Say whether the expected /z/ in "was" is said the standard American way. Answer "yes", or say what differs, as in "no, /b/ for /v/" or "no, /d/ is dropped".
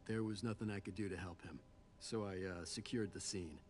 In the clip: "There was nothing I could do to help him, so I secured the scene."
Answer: yes